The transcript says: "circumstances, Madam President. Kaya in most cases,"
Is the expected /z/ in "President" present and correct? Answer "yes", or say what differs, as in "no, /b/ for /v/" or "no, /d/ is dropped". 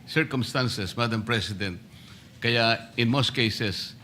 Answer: no, /s/ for /z/